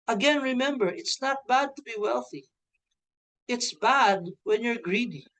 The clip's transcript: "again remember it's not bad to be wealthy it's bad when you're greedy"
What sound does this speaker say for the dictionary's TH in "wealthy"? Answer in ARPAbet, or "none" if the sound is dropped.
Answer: TH